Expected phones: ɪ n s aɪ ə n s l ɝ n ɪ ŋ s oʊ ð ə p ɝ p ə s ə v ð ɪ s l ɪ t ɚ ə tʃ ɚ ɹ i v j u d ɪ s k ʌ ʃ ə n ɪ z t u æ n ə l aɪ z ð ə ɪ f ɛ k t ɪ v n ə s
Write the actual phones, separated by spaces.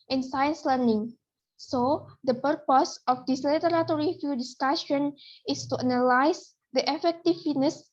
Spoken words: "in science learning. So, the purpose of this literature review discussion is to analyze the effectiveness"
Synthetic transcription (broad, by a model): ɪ n s aɪ ə n s l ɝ n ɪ ŋ s oʊ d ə p ɝ p ə s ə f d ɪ s l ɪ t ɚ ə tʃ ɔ ɹ i f j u d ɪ s k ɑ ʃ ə n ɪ s t u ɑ n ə l aɪ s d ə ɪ f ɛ k t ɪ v n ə s